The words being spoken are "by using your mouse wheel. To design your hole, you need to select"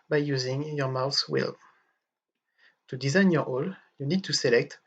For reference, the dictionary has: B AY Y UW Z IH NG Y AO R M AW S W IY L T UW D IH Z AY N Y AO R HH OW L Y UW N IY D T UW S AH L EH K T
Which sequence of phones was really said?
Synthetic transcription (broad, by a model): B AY Y UW Z IH NG Y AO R M AW TH W IY L T UW D IH Z AY N Y AO R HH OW L Y UW N IY D T UW S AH L EH K T